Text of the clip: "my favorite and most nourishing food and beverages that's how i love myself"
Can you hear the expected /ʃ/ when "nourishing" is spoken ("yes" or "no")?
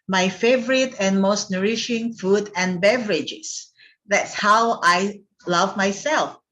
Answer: yes